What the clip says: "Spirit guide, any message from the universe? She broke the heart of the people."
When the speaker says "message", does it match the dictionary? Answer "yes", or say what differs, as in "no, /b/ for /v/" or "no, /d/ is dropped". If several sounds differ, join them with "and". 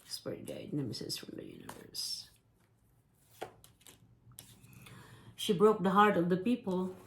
no, /z/ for /dʒ/